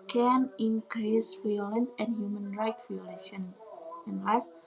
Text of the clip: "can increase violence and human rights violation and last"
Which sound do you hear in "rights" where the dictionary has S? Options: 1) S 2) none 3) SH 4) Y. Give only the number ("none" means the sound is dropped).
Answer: 2